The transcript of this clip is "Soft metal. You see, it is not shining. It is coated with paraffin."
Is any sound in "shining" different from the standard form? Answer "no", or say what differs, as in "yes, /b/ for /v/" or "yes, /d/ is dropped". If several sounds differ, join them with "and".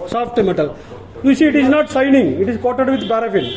yes, /s/ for /ʃ/